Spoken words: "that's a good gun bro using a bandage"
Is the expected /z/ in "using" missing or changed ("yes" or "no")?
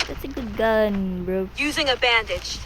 no